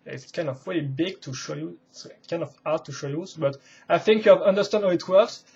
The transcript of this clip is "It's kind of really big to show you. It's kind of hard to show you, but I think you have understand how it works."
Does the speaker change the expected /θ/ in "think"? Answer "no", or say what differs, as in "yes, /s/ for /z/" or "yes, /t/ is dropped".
no